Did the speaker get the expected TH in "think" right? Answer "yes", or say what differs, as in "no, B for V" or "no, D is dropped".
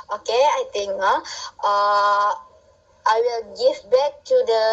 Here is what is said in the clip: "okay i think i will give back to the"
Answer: no, T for TH